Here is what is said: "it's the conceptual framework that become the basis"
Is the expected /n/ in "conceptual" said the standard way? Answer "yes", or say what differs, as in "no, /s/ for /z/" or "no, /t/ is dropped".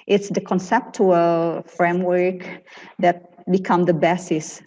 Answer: yes